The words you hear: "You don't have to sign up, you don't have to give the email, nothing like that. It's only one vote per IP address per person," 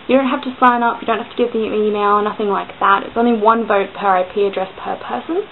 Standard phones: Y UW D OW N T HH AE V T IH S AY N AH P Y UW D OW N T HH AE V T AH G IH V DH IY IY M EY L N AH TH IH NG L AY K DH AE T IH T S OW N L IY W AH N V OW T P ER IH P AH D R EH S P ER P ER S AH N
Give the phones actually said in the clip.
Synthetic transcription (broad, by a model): Y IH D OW N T HH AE F T IH S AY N AH P Y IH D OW N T HH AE F T AH G IH V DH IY IY M EY L N AH TH IH NG L AY K DH AE T IH T S OW N L IY W AH N V OW T P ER IH P AH D R EH S P ER P ER S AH N